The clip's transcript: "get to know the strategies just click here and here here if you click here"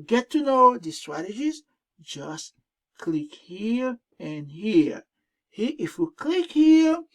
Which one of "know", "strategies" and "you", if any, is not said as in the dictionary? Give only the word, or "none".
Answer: none